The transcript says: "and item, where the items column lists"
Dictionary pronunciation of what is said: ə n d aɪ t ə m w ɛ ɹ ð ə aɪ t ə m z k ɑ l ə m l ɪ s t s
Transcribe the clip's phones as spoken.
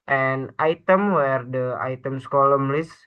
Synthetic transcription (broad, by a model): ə n aɪ t ə m w ɛ ɹ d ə aɪ t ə m s k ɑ l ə m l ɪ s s